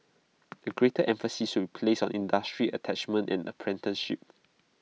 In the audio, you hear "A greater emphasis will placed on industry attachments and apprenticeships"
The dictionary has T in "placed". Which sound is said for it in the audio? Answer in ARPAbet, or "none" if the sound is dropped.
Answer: none